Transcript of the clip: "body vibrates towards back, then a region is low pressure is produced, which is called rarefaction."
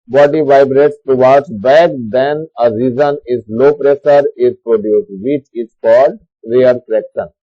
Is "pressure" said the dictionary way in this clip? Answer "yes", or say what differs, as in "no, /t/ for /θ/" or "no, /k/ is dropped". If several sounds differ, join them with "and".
no, /s/ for /ʃ/